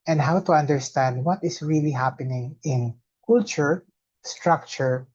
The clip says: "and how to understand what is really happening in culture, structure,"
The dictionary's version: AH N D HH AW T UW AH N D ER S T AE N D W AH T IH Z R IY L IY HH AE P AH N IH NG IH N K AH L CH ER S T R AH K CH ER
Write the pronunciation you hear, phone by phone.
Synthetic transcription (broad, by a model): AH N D HH AW T UW AH N D ER S T AE N D W AH T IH S R IY L IY HH AE P AH N IH NG IH N K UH L CH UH S T R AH K CH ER